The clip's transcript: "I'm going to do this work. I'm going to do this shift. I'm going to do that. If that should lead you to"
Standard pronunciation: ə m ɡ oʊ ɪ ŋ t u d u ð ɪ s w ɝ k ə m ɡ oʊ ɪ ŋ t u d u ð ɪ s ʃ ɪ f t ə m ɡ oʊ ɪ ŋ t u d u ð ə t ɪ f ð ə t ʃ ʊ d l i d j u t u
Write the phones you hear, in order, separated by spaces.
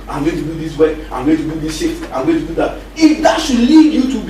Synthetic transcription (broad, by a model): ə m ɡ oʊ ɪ t u d u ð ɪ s w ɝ ə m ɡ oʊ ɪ t u d u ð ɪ s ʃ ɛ t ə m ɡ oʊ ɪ t u d u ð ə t ɪ f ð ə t ʃ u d l i d j u t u